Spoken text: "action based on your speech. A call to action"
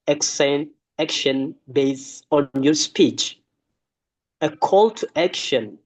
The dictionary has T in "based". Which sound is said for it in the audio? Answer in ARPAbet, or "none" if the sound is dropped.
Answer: none